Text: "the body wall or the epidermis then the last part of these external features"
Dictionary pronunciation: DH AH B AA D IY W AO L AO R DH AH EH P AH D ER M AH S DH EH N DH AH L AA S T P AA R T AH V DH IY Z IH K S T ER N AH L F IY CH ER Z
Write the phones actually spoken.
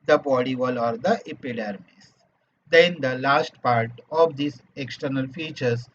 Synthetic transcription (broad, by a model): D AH B AA D IY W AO L AO R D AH EH P AH D ER M AH S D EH N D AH L AA S T P AA R T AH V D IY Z IH K S T ER N AH L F IY CH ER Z